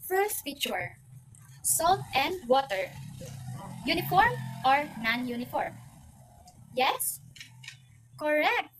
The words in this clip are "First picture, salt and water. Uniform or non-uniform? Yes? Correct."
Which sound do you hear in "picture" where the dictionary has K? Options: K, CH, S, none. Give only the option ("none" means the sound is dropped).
none